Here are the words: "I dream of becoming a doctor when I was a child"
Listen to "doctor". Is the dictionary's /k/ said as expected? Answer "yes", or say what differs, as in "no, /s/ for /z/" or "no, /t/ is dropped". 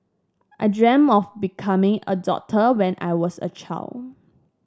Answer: no, /k/ is dropped